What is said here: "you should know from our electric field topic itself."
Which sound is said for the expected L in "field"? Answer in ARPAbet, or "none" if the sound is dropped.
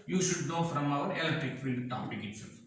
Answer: none